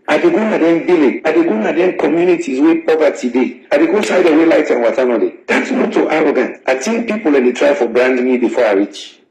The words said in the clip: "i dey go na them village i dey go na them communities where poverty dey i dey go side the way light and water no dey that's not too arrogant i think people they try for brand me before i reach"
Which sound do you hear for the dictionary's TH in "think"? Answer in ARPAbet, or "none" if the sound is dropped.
T